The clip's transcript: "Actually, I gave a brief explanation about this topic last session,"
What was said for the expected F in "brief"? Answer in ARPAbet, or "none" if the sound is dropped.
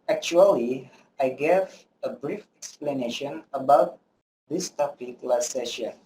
F